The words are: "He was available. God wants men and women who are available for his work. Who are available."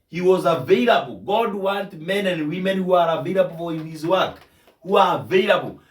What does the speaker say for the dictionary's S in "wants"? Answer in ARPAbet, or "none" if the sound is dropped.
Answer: none